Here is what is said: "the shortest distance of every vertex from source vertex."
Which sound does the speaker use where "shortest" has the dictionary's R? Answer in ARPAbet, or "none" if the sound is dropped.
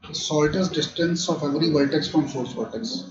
L